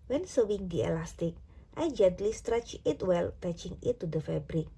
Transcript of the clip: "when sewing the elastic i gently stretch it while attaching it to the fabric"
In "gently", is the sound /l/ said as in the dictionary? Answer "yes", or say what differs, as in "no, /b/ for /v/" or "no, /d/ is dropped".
yes